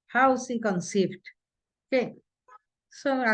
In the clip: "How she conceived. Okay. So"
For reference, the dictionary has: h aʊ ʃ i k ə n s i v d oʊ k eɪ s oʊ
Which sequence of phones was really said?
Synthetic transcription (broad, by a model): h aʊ s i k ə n s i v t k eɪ s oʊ